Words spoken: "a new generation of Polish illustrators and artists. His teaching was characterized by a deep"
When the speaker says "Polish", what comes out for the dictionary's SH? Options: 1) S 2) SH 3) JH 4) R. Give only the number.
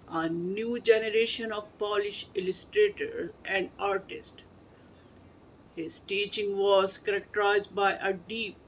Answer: 2